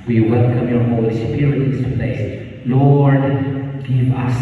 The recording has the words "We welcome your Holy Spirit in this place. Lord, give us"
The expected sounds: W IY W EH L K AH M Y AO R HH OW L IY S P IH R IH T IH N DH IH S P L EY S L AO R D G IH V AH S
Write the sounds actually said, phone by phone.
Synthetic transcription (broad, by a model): W IY W EH L K AH M Y AO R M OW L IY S IH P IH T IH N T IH P L EY S L AO R D G IH V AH S